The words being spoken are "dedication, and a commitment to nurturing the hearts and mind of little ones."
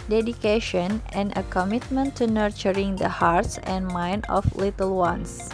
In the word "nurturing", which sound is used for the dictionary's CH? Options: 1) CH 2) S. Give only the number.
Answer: 1